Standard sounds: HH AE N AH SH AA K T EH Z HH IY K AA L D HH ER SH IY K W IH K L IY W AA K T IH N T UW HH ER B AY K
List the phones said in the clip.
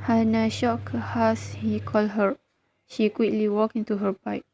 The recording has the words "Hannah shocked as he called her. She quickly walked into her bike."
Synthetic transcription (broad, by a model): HH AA N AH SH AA K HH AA S HH IY K AA L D HH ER SH IY K W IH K L IY W AA K IH N T UW HH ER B AY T